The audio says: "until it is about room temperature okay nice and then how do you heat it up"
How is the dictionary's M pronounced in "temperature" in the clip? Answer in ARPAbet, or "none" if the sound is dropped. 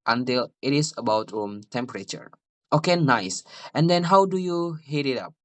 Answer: M